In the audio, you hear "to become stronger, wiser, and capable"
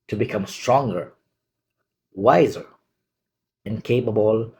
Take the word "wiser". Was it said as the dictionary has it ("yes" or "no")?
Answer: yes